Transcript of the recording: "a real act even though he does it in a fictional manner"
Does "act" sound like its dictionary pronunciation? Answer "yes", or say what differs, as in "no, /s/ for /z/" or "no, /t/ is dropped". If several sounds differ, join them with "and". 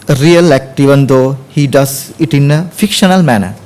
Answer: yes